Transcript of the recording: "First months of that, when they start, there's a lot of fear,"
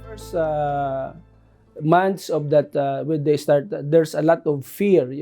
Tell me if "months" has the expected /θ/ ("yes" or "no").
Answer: no